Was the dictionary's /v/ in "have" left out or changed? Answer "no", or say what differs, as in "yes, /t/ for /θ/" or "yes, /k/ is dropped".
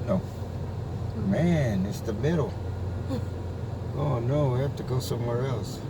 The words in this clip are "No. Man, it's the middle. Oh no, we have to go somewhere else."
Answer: yes, /f/ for /v/